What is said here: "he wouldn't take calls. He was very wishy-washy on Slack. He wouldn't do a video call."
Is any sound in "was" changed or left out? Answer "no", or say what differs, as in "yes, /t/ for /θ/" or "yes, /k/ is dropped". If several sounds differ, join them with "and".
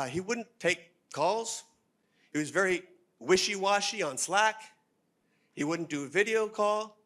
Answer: no